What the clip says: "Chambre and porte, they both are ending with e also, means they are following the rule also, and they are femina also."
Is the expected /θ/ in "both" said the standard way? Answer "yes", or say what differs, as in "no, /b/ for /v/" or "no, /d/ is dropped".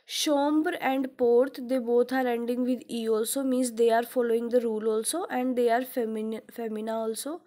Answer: no, /t/ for /θ/